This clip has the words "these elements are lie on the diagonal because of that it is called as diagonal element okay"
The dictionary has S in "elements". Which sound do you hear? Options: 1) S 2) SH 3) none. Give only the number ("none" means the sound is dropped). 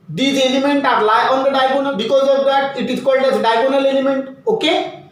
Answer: 3